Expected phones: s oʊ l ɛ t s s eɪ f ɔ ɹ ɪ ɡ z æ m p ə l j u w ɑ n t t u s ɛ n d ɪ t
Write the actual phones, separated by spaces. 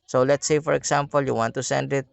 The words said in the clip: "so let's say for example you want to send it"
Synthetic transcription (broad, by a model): s oʊ l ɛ t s s eɪ f ɔ ɹ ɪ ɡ s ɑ m p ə l j u w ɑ n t t u s ɛ n d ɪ t